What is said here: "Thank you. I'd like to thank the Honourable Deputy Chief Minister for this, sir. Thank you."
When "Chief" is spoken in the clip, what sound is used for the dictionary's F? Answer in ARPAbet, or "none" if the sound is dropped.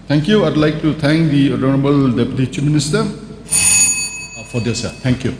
P